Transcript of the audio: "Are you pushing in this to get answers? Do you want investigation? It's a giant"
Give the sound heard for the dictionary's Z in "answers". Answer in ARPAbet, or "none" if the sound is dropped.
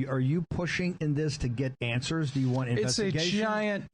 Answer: Z